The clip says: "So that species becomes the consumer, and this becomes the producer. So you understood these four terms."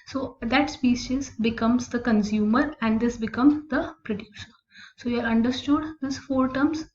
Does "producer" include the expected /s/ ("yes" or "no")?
no